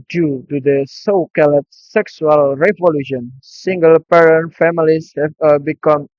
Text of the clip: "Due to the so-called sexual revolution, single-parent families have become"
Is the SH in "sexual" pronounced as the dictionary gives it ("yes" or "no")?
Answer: no